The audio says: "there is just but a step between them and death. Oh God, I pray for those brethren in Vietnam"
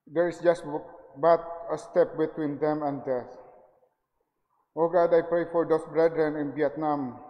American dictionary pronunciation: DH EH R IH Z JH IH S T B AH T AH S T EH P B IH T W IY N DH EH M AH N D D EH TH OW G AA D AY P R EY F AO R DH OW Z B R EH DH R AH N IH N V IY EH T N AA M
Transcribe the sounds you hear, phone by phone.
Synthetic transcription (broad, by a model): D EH R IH S JH IH S T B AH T AH S T EH P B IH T W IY N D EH M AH N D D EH S OW G AA D AY P R EY F AO R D OW S B R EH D R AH N IH N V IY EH T N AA M